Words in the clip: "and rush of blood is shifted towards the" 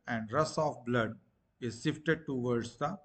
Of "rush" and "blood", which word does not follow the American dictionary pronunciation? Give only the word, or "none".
rush